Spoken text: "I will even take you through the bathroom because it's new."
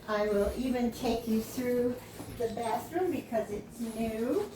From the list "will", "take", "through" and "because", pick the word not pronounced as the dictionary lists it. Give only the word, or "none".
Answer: none